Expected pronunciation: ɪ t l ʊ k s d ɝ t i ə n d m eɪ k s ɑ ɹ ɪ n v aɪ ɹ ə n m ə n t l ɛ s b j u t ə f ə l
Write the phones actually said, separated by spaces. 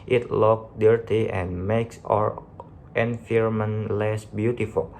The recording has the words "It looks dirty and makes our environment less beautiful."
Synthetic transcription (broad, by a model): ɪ t l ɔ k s d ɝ t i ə n m eɪ k s ɑ ɹ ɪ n f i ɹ m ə n l ɛ s b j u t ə f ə l